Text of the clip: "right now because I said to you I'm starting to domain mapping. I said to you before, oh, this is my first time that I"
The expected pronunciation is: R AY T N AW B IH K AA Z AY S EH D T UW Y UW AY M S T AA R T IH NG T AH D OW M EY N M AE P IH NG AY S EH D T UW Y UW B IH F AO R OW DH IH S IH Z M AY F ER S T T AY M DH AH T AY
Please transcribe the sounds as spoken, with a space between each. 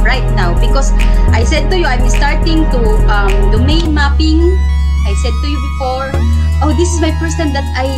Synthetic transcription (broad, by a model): R AY T N AW B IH K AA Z AY S EH D T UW Y UW AY M S T AA R T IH NG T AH D OW M EY N M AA P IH NG AY S EH D T UW Y UW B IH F AO R OW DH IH S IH S M AY P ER S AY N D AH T AY